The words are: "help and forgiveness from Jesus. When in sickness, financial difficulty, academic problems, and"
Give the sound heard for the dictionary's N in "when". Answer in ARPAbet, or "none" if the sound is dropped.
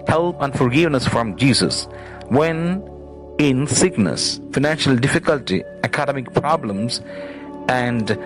N